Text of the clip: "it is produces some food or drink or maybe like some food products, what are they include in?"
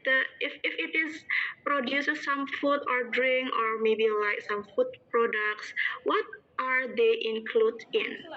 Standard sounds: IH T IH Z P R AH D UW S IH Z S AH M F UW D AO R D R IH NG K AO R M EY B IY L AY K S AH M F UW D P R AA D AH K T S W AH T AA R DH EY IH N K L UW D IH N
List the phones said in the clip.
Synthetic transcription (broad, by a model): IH T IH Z P R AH D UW S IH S S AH M F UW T AO R D R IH NG K AO R M EY B IY L AY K S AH M F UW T P R AA D AH K T S W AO T AA R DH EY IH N K L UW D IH N